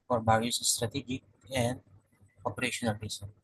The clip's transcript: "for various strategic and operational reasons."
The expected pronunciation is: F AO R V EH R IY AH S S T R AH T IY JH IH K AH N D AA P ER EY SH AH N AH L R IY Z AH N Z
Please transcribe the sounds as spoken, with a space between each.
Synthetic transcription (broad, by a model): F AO R B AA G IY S S T R AH T IY JH IH K AH N D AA P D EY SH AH N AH L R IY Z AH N